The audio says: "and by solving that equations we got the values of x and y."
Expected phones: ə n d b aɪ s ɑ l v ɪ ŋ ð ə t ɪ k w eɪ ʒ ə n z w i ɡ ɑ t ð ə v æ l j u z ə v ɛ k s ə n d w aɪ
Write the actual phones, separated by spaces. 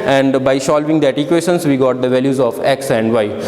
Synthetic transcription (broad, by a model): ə n d b aɪ ʃ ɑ l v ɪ ŋ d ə t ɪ k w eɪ ʃ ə n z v i ɡ ɑ t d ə v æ l j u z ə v ɛ k s ə n d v aɪ